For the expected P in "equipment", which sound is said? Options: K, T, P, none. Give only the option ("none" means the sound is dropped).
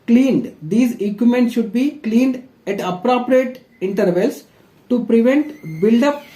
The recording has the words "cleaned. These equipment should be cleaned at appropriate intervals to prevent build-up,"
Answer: none